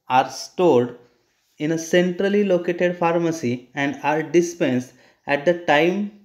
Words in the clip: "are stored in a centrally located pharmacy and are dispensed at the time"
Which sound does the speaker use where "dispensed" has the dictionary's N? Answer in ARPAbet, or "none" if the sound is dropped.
N